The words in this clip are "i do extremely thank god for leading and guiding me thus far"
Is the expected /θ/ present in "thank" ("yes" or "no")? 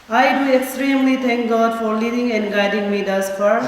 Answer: no